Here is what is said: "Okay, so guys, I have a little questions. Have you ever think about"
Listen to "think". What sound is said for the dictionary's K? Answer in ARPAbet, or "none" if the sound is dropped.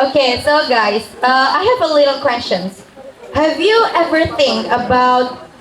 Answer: none